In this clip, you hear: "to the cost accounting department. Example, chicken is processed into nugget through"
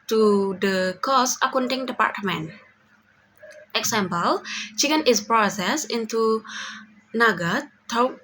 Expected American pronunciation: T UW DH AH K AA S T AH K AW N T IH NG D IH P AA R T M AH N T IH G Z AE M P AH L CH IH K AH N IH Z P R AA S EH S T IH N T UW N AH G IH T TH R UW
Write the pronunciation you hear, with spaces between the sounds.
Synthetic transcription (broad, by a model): T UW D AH K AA S AH K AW N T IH NG D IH P AA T M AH N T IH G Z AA M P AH L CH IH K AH N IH S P R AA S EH S IH N T UW N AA G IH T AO